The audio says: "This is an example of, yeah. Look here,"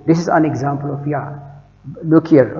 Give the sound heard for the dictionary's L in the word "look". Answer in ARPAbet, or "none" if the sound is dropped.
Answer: N